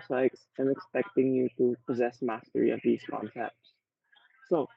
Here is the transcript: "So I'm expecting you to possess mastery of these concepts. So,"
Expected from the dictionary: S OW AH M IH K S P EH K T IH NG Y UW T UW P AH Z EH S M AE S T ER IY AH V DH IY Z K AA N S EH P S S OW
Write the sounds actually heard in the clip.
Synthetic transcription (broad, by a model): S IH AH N IH K S P EH K T IH NG Y UW T UW P AH Z EH S M AE S T ER IY AH V DH IY Z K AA N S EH P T S OW